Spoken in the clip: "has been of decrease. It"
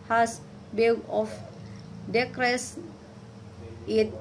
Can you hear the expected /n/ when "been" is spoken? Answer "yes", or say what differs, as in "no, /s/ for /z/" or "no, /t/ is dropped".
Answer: no, /l/ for /n/